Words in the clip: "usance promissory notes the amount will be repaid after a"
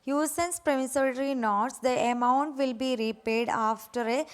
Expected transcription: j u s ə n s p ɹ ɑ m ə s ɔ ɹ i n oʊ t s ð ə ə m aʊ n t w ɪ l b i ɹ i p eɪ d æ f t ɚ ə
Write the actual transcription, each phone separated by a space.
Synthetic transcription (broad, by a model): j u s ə n s p ɹ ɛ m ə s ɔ ɹ i n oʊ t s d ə ə m aʊ n t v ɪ l b i ɹ i p eɪ d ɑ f t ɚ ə